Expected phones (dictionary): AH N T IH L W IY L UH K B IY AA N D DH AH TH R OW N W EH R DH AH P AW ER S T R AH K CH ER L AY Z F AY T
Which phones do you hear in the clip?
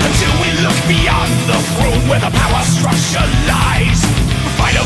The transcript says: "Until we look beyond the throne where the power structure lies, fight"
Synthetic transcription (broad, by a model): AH N T IH L W IY L UH K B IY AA N DH AH F R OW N W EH R DH AH P AW ER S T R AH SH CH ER L AY Z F AY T